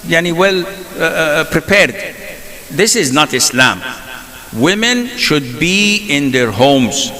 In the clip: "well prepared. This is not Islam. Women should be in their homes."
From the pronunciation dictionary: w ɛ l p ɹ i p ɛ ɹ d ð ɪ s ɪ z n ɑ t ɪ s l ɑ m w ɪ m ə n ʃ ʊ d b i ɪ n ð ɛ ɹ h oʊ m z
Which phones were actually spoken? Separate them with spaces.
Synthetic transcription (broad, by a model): w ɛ l p ɹ i p ɛ ɹ d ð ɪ s ɪ z n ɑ t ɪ s l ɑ m w ɪ m ə n ʃ ʊ d b i ɪ n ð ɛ ɹ h oʊ m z